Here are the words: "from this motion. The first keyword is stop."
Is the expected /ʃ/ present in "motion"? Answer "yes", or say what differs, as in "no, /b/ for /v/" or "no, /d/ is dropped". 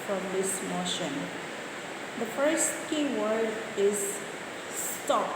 yes